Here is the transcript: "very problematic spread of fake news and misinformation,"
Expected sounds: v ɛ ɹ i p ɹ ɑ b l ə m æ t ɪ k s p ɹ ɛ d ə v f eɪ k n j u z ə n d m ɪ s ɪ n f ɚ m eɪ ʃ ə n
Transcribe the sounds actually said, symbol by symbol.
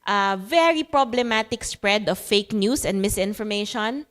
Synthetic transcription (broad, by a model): v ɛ ɹ i p ɹ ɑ b l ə m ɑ t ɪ k s p ɹ ɛ d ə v f eɪ k n j u s ə n d m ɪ s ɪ n f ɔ m eɪ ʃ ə n